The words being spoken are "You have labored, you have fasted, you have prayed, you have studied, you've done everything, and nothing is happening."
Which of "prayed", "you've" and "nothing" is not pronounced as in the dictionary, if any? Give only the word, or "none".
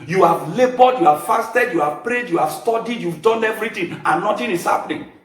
nothing